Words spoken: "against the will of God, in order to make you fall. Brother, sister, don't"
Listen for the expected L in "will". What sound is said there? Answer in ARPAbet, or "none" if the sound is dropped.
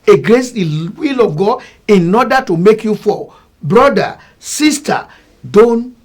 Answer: L